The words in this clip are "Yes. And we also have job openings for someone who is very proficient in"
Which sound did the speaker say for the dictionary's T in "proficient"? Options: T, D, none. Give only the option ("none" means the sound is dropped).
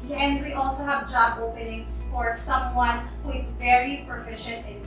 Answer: T